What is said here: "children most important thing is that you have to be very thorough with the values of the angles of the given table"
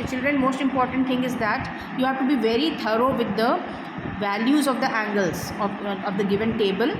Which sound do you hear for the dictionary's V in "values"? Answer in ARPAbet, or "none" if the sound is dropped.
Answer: V